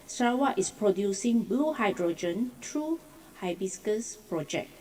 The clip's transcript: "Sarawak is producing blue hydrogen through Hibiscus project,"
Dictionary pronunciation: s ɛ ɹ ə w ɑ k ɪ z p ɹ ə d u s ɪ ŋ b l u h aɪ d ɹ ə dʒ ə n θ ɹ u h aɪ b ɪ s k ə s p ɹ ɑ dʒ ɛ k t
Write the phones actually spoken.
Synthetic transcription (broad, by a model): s ɹ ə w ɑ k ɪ s p ɹ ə d u s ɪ ŋ b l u h aɪ d ɹ ə dʒ ə n t ɹ u h aɪ b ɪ s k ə s p ɹ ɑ dʒ ɛ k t